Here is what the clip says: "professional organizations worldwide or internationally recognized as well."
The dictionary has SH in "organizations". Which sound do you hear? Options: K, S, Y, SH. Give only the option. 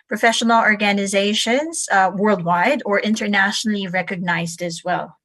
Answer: SH